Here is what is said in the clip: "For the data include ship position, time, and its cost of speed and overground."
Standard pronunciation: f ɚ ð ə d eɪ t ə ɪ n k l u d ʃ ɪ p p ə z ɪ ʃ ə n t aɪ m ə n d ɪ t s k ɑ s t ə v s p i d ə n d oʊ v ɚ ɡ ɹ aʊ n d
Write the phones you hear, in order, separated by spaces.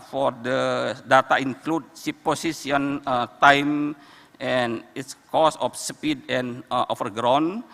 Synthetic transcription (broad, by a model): f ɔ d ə d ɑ t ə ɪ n k l u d s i p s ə s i ə n t aɪ m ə n ɪ t s k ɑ s ə f s p i d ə n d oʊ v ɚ ɡ ɹ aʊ n